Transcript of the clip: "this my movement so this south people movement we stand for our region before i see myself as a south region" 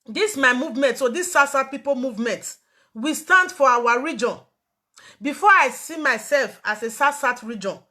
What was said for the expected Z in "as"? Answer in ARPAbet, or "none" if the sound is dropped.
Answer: S